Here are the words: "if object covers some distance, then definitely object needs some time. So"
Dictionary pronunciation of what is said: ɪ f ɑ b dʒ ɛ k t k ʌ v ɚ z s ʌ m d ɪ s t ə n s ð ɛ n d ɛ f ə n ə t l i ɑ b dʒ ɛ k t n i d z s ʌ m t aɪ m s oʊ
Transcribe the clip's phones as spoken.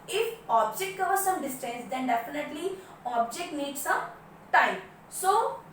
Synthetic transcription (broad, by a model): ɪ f ɑ b dʒ ɛ k t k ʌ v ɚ s ʌ m d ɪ s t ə s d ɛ n d ɛ f ə n ə t l i ɑ b dʒ ɛ k t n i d s ʌ m t aɪ m s oʊ